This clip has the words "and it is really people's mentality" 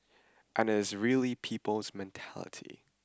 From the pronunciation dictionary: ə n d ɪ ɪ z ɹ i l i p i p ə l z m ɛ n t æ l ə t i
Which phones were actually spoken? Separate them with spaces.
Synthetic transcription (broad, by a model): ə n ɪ ɪ z ɹ i l i p i p ə l z m ɛ n t æ l ə t i